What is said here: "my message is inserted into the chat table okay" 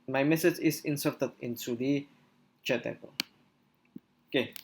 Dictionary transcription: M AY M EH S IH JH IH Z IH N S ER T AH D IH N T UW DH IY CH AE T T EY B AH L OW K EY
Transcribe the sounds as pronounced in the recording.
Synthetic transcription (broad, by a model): M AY M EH S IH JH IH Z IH N S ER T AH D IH N S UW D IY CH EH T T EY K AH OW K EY